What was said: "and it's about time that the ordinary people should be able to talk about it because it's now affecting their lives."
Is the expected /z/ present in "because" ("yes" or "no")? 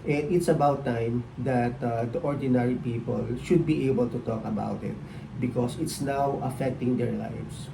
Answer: no